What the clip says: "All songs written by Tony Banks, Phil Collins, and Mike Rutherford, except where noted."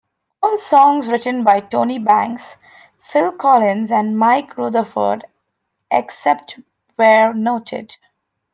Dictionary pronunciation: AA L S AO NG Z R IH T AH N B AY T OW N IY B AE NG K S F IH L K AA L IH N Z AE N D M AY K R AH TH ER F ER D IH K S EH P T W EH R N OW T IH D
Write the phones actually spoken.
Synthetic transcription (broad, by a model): AA L S AO NG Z R IH T AH N B AY T OW N IY B AE NG K S F IH L K AA L IH N Z AE N D M AY K R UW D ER F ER D IH K S EH P T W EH R N OW T IH D